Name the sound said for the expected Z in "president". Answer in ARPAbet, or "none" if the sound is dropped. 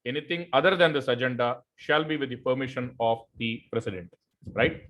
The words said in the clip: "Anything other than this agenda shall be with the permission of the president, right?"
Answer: S